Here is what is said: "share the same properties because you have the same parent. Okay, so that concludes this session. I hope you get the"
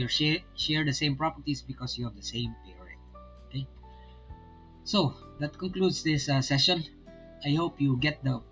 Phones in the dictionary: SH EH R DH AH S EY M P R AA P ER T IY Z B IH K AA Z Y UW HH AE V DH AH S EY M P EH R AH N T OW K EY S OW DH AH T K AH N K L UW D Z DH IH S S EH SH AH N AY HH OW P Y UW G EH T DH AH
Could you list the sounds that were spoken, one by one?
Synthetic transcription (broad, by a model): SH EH R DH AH S EY M P R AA P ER T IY S B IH K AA S Y UW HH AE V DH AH S EY M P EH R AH T OW K EY S OW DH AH T K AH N K L UW D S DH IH S S EH SH AH N AY HH OW P Y UW G EH T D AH